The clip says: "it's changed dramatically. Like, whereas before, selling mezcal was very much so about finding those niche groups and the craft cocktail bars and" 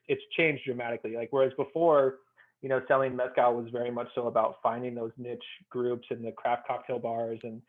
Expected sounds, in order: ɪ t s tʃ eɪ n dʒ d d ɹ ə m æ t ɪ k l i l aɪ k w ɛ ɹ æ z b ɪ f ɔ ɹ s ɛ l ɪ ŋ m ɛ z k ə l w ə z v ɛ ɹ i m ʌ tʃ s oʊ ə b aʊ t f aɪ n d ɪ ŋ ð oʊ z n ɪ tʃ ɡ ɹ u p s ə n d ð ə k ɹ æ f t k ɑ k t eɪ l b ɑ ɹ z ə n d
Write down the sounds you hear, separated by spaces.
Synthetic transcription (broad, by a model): ɪ t s tʃ eɪ n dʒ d d ɹ ə m æ t ɪ k l i l aɪ k w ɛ ɹ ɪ z b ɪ f ɔ ɹ s ɛ l ɪ ŋ m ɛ s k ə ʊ w ə z v ɛ ɹ i m ʌ tʃ s oʊ ə b aʊ t f aɪ n d ɪ ŋ ð oʊ z n ɪ tʃ ɡ ɹ u p s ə n ð ə k ɹ æ f t k ɑ k t eɪ l b ɑ ɹ z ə n